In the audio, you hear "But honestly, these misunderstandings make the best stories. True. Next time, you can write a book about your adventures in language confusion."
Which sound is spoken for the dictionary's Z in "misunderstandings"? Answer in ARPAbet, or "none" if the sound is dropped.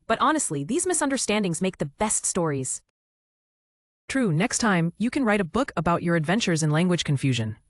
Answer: Z